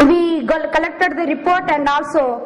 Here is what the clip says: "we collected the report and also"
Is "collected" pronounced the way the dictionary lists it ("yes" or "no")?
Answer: yes